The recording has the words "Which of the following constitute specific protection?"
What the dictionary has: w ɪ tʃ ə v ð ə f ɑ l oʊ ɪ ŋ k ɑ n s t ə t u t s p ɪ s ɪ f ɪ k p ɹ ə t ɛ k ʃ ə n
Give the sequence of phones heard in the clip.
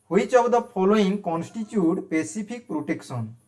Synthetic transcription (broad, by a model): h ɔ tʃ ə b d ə p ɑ l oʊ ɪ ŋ k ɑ n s t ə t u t p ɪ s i p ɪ k p ɹ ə t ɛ k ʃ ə n